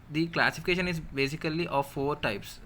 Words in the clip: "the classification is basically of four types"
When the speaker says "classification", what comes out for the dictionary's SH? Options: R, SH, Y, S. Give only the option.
SH